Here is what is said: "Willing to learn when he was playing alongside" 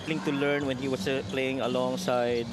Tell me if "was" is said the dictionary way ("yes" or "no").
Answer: no